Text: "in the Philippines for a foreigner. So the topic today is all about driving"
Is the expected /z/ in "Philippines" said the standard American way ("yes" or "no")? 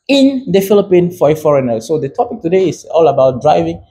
no